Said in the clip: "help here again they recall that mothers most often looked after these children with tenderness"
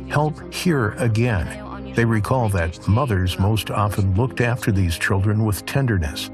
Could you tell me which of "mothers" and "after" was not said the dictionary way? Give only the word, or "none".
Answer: none